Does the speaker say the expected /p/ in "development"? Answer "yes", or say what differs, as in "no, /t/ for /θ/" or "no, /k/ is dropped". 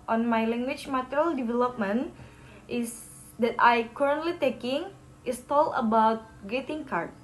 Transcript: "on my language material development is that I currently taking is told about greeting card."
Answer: yes